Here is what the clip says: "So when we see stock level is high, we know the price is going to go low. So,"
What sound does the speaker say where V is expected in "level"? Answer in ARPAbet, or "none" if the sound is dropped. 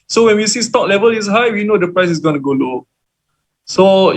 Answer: V